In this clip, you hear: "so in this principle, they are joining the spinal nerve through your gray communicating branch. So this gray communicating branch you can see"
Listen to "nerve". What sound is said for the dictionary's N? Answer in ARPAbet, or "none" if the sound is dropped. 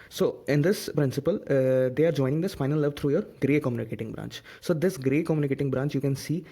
L